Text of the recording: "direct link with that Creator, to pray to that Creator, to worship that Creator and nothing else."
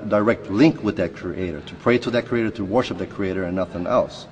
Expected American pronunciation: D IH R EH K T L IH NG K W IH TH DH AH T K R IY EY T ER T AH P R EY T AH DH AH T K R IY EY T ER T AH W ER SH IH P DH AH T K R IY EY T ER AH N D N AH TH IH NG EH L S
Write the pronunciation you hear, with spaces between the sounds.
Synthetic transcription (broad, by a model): D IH R EH K T L IH NG K W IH DH AH T K R IY EY T ER T AH P R EY T AH DH AH T K R IY EY T ER T AH W ER SH IH P DH AH T K R IY EY T ER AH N N AH TH IH NG EH L S